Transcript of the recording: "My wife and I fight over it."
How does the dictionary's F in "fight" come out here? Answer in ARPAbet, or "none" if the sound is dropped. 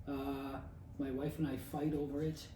F